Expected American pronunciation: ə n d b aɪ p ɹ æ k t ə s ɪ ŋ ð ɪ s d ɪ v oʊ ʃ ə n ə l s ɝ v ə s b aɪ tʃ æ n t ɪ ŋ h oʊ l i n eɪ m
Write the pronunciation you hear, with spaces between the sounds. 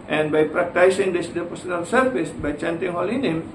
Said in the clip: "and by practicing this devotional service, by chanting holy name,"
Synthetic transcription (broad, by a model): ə n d b aɪ p ɹ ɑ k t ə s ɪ ŋ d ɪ s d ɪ p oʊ s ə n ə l s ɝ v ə s b aɪ tʃ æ n t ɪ ŋ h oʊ l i n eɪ m